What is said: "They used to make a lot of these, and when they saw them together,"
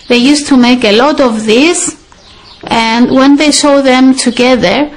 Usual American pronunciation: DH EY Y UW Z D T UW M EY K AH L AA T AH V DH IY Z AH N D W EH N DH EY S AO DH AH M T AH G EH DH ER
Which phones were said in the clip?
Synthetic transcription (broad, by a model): DH EY Y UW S T UW M EY K AH L AA T AH V DH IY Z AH N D W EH N DH EY SH AO DH AH M T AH G EH DH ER